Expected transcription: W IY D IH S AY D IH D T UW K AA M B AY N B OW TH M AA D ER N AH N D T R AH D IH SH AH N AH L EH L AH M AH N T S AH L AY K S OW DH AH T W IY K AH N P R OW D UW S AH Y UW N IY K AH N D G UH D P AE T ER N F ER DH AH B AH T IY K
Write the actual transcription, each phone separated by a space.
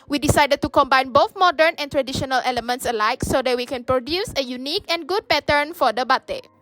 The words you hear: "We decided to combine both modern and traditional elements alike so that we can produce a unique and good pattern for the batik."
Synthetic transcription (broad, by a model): W IY D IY S AY D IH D T UW K AA M B AY N B OW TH M AA D ER N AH N T R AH D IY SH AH N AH L EH L AH M AH N T S AH L AY K S OW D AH T W IY K AH N P R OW D UW S AH Y UW N IY K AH N G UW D P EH T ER N F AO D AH B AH T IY